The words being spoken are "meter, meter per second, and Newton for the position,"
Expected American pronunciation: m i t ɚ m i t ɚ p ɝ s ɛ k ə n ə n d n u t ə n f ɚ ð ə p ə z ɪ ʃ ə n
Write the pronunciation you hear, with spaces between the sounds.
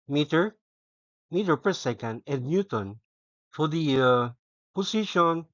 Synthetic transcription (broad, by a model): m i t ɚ m i t ɚ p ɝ s ɛ k ə n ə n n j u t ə n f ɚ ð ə p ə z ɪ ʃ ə n